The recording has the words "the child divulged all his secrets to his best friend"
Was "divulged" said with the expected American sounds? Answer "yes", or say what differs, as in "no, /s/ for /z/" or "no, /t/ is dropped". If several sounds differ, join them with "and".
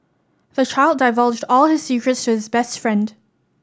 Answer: yes